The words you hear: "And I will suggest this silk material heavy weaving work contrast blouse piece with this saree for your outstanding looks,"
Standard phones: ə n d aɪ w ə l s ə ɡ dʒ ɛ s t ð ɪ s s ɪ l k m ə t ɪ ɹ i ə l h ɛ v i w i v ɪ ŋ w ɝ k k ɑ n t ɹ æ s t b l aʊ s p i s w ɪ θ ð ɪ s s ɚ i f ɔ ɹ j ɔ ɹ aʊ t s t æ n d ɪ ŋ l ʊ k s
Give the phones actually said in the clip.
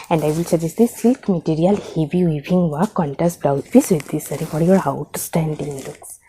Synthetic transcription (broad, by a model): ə n d aɪ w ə l s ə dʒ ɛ s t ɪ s s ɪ l k m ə t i ɹ i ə l h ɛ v i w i b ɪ ŋ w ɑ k k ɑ n t æ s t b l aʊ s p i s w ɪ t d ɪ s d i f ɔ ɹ j ɔ ɹ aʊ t s t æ n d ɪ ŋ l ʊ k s